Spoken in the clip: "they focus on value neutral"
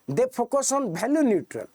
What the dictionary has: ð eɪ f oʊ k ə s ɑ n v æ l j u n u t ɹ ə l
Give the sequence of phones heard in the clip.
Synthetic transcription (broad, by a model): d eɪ p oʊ k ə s ɑ n b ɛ l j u n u t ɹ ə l